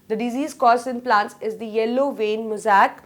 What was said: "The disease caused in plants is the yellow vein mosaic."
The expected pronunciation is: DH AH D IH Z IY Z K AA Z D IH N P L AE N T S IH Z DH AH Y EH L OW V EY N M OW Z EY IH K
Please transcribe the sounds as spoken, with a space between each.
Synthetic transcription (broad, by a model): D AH D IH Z IY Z K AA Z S IH N P L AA N T S IH Z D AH Y EH L OW V EY N M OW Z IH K